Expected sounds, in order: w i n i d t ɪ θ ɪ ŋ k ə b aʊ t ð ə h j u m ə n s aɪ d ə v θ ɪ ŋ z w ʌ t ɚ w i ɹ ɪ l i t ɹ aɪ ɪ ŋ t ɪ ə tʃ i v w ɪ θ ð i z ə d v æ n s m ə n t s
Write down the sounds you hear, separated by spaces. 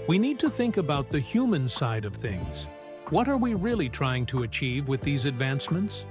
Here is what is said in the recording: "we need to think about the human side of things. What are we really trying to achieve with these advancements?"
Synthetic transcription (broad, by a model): w i n i d t ɪ θ ɪ ŋ k ə b aʊ t ð ə h j u m ə n s aɪ d ə v θ ɪ ŋ z w ʌ t ɚ w i ɹ ɪ l i t ɹ aɪ ɪ ŋ t ɪ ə tʃ i v w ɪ ð i z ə d v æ n s m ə n t s